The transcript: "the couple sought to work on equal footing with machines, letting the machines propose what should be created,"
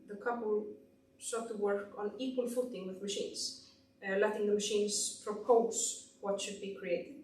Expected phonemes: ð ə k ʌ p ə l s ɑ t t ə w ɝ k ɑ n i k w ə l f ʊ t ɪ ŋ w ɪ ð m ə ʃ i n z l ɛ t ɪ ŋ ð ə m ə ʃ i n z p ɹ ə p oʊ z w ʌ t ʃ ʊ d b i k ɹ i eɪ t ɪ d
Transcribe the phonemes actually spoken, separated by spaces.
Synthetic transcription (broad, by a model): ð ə k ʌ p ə l s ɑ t t ə w ɝ k ɑ n i k w ə l f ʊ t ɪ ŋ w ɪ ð m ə ʃ i n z l ɛ t ɪ ŋ ð ə m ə ʃ i n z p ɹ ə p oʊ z w ʌ t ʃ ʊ d b i k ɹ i eɪ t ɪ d